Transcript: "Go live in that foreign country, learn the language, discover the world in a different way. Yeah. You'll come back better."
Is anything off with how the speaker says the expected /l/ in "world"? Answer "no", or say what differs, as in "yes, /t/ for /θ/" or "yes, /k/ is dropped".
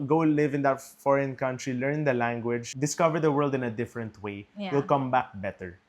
no